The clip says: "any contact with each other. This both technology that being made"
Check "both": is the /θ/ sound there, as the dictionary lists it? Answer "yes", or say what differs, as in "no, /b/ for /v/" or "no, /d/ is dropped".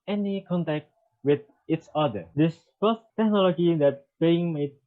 no, /s/ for /θ/